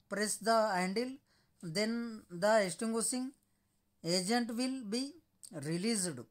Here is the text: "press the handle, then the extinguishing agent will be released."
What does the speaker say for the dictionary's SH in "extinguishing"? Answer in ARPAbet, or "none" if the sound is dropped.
S